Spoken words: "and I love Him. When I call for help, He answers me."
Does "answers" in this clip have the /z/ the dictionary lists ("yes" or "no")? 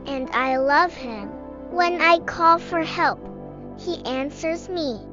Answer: yes